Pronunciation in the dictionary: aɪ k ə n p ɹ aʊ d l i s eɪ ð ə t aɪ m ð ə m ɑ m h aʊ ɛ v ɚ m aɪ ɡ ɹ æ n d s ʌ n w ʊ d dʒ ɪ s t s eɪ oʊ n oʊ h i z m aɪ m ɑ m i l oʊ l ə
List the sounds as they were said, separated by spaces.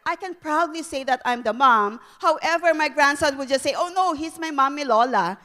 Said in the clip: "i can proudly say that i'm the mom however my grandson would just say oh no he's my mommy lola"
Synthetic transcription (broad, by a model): aɪ k ə n p ɹ aʊ d l i s eɪ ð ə t aɪ m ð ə m ɑ m h aʊ ɛ v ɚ m aɪ ɡ ɹ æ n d s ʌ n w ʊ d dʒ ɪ s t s eɪ oʊ n oʊ h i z m aɪ m ɑ m i l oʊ l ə